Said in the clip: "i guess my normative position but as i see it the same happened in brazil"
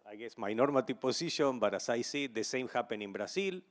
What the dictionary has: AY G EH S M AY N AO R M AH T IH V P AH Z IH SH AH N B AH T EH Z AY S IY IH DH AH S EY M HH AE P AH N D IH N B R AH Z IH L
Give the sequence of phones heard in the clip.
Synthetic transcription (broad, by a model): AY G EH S M AY N AO R M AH T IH P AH S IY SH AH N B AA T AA S AY S IY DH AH S EY M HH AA P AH N IH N B R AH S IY L